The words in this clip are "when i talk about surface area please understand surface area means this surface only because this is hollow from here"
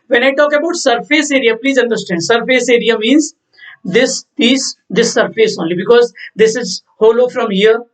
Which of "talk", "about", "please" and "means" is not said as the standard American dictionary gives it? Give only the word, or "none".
none